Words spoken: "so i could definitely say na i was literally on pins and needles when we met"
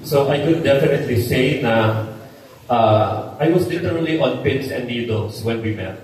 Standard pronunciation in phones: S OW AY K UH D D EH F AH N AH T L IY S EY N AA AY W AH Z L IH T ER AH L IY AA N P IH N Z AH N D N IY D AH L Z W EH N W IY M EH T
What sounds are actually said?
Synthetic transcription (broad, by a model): S OW AY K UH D D EH F AH N AH T L IY S EY N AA AY W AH S L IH T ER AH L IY AA N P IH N S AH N N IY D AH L S W EH N W IY M EH T